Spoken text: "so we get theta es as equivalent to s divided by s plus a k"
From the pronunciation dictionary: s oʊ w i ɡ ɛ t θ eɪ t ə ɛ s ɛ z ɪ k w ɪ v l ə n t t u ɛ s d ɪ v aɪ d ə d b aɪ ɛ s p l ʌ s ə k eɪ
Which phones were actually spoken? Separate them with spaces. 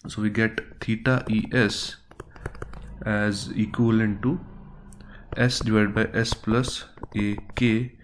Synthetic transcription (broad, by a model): s oʊ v i ɡ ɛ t t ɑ t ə ɛ s ɛ z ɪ k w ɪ l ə n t t u ɛ s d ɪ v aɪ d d b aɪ ɛ s p l ʌ s ə k eɪ